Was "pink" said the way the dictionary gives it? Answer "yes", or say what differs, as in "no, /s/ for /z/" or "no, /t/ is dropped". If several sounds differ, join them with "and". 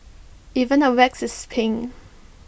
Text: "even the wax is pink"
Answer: no, /k/ is dropped